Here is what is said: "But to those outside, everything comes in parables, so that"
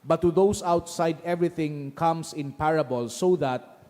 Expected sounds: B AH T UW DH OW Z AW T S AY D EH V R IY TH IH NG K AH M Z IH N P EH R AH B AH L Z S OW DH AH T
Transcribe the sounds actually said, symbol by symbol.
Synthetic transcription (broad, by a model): B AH T UW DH OW S AW T S AY D EH V R IY TH IH NG K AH M S IH N P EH R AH B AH L S OW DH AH T